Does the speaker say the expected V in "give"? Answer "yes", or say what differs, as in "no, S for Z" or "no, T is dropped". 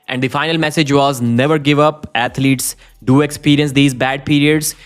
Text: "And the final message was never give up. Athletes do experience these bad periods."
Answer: yes